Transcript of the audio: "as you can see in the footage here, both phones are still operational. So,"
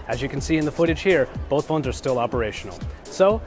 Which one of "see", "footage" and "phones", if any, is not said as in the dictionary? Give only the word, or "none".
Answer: none